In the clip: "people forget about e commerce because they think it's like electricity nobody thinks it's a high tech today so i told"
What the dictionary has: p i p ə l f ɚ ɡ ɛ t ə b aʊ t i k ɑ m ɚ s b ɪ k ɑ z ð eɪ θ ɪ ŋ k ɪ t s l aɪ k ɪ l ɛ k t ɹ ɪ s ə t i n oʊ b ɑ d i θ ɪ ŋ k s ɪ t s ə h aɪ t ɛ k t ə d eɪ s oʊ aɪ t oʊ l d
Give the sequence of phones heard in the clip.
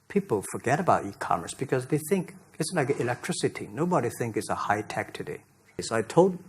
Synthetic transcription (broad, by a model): p i p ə l f ɚ ɡ ɛ t ə b aʊ t i k ɑ m ɚ s b ɪ k ɑ z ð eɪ θ ɪ ŋ k ɪ t s l aɪ k ɪ l ɛ k t ɹ ɪ s ə t i n oʊ b ɑ d i θ ɪ ŋ k ɪ t s ə h aɪ t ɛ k t ə d eɪ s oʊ aɪ t oʊ l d